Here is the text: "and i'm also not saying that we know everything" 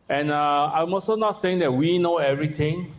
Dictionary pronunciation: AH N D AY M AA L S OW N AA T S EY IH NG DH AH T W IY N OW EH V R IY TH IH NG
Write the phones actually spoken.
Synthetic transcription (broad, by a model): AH N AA AY M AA S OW N AA T S EY IH NG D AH T W IY N OW EH V R IY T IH NG